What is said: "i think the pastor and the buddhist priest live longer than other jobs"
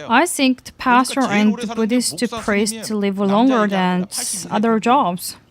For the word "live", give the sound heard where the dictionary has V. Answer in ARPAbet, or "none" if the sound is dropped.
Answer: V